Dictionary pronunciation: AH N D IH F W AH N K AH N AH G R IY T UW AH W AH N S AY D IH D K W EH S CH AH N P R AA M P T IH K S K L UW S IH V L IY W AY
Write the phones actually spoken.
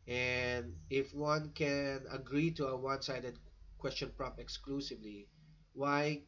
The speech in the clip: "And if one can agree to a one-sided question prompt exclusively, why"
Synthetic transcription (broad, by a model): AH N D IH F W AH N K AH N AH G R IY T UW AH W AH N S AY D IH D K W EH S CH AH N P R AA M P IH K S K L UW S IH V L IY W AY